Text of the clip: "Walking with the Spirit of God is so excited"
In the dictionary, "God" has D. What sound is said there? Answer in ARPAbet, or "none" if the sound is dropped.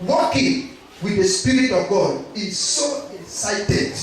D